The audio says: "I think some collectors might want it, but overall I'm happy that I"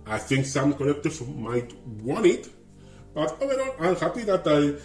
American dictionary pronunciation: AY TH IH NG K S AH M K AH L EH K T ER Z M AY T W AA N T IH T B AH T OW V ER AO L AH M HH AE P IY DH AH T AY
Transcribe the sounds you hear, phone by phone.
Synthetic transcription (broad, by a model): AY TH IH NG K S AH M K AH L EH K T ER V M AY T W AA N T IH T B AH T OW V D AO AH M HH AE P IY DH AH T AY